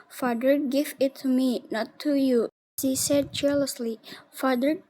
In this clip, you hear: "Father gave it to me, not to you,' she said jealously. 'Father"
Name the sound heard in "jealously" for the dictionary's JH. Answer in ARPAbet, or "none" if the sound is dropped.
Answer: CH